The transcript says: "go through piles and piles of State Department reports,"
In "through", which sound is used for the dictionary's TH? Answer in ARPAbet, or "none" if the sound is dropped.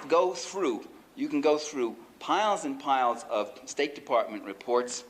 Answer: TH